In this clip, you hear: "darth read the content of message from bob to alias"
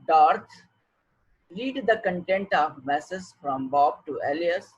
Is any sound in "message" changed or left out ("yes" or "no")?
yes